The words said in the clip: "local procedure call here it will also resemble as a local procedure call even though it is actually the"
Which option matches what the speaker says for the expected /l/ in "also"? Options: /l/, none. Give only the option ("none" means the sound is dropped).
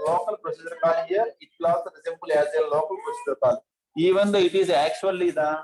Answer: none